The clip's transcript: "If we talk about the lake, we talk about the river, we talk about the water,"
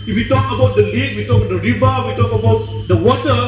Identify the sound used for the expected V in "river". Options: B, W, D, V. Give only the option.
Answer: B